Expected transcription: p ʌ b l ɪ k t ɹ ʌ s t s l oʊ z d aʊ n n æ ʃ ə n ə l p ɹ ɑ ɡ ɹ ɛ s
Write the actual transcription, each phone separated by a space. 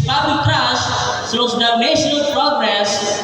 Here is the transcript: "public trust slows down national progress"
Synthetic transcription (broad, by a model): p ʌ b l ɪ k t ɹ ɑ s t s oʊ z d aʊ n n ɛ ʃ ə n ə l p ɹ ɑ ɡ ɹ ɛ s